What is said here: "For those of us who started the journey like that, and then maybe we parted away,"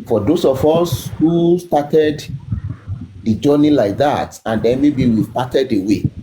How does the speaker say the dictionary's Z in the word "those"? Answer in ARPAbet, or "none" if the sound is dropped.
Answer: S